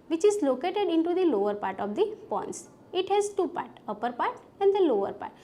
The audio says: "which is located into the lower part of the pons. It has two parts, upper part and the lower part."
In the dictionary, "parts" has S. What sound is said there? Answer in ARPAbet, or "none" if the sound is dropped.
none